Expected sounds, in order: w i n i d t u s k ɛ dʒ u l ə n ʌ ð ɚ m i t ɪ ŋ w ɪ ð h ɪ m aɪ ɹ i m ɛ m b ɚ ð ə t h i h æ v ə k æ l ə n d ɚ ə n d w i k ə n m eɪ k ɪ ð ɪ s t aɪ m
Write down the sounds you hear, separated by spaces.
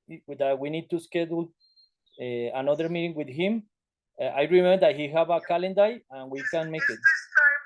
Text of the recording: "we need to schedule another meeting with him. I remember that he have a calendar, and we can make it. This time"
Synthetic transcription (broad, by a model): w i n i d t u s k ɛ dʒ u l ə n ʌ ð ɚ m i t ɪ ŋ w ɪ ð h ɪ m aɪ ɹ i m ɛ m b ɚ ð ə t h i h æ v ə k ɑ l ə n d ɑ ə n w i k ə n m eɪ k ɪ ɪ t